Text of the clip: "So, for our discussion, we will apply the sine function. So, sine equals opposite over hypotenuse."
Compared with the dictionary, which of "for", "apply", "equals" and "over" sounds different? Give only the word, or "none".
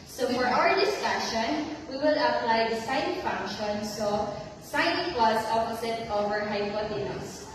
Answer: equals